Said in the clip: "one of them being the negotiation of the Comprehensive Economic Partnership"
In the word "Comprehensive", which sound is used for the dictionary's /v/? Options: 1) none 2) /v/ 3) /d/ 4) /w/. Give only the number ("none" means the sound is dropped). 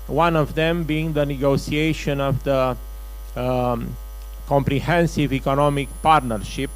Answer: 2